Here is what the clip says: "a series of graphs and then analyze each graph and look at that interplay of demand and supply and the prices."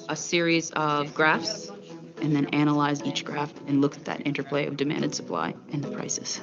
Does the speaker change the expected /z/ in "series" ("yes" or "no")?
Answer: no